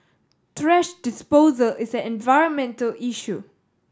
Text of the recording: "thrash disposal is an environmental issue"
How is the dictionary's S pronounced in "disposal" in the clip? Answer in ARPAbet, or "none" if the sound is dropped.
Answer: S